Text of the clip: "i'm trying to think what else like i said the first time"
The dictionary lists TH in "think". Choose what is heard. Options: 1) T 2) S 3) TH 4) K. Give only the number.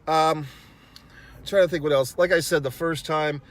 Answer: 3